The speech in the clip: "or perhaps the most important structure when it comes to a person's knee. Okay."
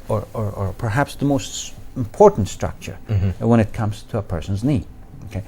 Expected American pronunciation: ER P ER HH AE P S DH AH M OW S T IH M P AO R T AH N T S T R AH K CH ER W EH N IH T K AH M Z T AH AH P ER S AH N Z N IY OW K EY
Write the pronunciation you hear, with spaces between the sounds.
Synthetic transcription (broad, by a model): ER P ER HH AE P S DH AH M OW S T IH M P AO R T N T S T R AH K CH ER W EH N IH T K AH M Z T AH AH P ER S AH N Z N IY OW K EY